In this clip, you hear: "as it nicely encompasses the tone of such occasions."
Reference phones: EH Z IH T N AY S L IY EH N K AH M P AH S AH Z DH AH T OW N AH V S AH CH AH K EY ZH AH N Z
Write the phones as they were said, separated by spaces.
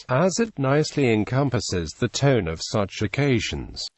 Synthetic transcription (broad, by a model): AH Z IH T N AY S L IY EH N K AH M P AH S AH Z DH AH T OW N AH V S AH CH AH K EY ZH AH N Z